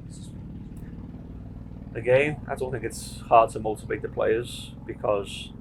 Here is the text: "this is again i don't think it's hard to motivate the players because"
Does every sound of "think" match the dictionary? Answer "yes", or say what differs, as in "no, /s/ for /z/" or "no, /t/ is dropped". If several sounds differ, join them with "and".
yes